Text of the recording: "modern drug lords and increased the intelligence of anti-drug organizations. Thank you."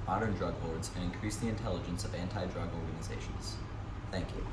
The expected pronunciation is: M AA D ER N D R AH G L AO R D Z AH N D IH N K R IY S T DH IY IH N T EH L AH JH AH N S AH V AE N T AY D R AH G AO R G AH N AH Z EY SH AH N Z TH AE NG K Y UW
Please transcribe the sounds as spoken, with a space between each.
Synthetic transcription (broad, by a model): M AA D ER N D R AH G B AO R D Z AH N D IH N K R IY S DH IY IH N T EH L AH JH AH N S AH V AE N T AY D R AH G AO R G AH N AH Z EY SH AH N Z TH AE NG K Y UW